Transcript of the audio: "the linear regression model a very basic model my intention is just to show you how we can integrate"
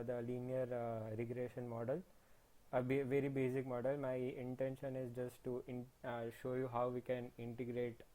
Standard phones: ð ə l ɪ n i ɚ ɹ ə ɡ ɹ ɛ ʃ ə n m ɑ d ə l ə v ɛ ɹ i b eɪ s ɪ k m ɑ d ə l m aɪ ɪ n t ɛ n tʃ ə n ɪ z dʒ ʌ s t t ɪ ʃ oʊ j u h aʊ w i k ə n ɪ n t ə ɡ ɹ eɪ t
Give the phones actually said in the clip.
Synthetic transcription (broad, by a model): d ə l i n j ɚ ɹ ə ɡ ɹ ɛ ʃ ə n m ɑ d ə l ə v ɛ ɹ i b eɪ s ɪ k m ɑ d ə l m aɪ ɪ n t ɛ n ʃ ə n ɪ z dʒ ʌ s t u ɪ ʃ oʊ j u h aʊ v i k ə n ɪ n t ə ɡ ɹ eɪ t